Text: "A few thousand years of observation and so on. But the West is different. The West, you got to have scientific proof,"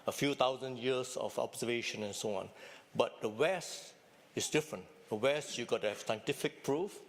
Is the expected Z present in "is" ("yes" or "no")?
no